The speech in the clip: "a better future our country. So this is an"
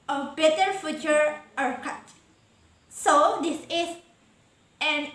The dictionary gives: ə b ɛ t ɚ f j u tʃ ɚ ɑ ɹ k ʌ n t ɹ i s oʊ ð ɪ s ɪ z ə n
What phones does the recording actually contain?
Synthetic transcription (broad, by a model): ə b ɛ t ɚ f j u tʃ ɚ ɑ ɹ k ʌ t s oʊ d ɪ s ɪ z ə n